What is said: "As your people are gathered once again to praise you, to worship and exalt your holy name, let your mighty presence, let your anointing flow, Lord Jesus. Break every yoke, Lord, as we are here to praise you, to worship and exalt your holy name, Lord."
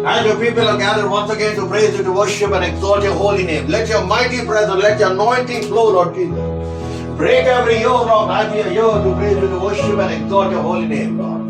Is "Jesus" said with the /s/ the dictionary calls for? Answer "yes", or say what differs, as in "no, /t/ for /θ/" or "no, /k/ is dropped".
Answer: no, /s/ is dropped